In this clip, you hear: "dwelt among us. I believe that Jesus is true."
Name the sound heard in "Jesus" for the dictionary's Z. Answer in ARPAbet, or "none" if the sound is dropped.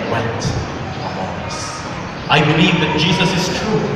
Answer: Z